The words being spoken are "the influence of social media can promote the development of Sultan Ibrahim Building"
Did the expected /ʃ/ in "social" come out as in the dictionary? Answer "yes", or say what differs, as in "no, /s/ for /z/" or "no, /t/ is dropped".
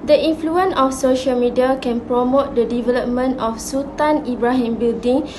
yes